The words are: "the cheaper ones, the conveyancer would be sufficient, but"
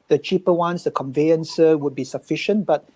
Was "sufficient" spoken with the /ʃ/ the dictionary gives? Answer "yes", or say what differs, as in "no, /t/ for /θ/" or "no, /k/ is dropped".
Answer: yes